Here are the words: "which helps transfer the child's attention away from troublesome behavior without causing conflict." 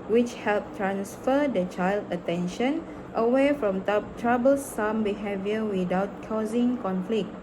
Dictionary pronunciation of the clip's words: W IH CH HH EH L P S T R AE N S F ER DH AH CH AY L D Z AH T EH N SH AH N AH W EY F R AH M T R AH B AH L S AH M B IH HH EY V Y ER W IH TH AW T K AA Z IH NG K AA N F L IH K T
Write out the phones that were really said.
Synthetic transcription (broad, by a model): W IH CH HH EH L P T R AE N S F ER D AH CH AY L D AH T EH N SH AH N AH W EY F R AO M T R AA B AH L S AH M B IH HH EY V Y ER W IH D AW T K AA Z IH NG K AA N F L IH K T